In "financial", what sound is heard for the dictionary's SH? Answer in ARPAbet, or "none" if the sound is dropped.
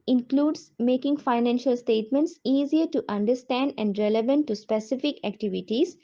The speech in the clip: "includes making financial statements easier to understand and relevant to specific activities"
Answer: SH